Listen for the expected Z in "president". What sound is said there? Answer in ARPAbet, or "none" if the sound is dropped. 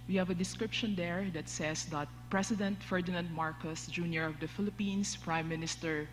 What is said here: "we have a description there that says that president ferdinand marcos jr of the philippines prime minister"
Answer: S